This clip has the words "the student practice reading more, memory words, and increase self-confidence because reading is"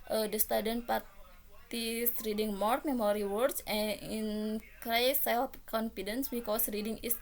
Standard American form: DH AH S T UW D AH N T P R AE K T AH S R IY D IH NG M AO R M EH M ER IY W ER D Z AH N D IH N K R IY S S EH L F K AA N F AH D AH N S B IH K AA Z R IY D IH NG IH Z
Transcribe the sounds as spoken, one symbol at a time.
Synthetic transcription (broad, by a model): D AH S T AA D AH N P AA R T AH S R IY D IH NG M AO R M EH M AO IY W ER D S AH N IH N K R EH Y S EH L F K AA N F AH D AH N S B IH K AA S R IY D IH NG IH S